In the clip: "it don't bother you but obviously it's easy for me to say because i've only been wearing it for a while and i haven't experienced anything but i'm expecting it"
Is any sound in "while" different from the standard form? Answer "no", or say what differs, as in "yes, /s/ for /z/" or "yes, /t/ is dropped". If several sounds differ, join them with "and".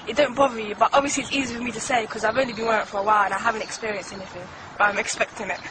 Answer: no